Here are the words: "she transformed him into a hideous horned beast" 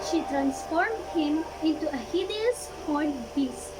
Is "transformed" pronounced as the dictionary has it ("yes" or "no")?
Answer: yes